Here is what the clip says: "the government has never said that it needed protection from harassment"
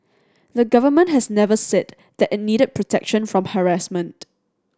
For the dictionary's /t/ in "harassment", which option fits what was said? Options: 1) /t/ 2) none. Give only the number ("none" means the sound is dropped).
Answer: 1